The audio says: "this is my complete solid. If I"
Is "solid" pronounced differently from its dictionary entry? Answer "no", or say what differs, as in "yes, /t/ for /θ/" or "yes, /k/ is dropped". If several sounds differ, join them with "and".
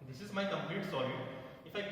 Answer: yes, /d/ is dropped